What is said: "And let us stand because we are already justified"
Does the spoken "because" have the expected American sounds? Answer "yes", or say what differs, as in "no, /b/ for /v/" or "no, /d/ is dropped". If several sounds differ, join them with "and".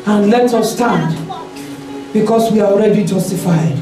no, /s/ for /z/